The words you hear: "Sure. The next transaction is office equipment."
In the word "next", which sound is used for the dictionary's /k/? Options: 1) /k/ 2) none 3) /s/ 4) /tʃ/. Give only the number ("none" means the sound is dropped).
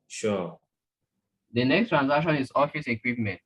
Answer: 1